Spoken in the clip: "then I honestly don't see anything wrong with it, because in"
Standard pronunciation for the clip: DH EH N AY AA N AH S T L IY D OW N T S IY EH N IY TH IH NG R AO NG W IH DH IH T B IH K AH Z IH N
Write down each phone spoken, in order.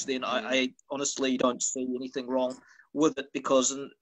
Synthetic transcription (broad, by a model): DH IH N AY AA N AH S T L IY D OW N T S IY EH N IY TH IH NG R AO NG W IH DH IH T B IH K AH Z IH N